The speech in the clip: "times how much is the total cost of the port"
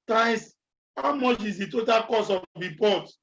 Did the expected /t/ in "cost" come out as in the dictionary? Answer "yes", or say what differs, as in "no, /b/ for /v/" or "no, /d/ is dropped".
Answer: no, /t/ is dropped